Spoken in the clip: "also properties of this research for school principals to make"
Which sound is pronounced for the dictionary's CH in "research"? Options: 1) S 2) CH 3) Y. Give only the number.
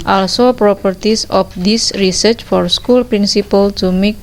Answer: 2